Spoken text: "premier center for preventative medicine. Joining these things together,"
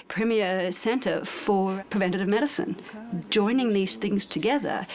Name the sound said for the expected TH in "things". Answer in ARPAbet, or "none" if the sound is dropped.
TH